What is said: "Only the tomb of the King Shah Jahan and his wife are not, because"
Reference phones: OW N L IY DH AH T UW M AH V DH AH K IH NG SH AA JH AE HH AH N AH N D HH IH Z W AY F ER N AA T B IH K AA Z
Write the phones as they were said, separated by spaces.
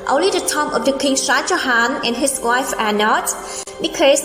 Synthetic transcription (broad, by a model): OW N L IY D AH T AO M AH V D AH K IH NG S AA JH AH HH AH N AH N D HH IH S W AY F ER N AA T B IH K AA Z